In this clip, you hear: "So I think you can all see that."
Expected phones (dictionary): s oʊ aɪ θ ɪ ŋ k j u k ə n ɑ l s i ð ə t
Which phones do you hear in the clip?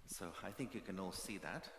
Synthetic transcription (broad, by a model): s oʊ aɪ θ ɪ ŋ k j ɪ k ə n ɑ l s i ð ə t